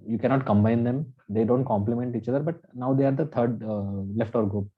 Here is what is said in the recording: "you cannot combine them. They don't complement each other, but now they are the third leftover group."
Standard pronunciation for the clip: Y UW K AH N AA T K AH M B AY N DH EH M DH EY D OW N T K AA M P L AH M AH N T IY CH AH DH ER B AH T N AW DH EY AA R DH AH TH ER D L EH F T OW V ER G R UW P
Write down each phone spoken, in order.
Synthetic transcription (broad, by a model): Y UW K AH N AA T K AH M B AY N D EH M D EY D OW N T K AA M P L AH M AH N T IY CH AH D ER B AH T N AW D EY AA R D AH T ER D L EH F T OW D G R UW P